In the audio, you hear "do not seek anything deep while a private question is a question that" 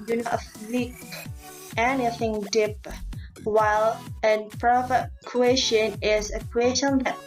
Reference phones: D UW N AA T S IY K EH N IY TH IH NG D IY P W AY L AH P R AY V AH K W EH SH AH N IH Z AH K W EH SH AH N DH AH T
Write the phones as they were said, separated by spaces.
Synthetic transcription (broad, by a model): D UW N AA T TH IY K EH N IY TH IH NG D IY P W AY L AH P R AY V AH K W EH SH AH N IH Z AH K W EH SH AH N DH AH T